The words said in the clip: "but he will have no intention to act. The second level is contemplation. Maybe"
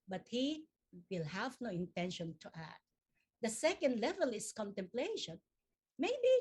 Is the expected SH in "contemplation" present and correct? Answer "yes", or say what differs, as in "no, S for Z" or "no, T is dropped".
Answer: yes